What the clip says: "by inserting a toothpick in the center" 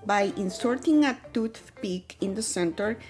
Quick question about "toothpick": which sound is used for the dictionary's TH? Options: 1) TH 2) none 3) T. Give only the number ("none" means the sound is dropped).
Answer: 3